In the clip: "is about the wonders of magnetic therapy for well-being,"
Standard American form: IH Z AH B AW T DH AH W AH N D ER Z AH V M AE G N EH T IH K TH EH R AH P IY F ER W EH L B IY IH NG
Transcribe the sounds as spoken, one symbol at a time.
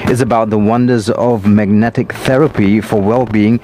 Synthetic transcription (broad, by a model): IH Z AH B AW T DH AH W AH N D ER Z AH V M AE G N EH T IH K TH EH R AH P IY F ER W EH L B IY IH NG